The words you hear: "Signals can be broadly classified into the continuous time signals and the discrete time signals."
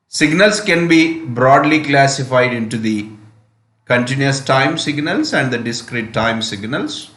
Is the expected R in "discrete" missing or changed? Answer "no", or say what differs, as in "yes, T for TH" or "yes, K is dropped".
no